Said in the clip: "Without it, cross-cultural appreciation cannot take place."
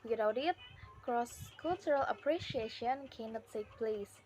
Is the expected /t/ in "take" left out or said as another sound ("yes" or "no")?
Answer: yes